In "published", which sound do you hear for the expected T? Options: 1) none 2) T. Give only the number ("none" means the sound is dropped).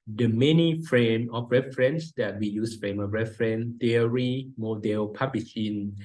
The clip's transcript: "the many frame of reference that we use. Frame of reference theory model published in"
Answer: 1